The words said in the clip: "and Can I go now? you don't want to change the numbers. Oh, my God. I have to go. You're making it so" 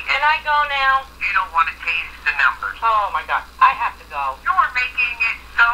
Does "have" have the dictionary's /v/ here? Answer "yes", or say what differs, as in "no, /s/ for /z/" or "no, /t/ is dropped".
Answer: no, /f/ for /v/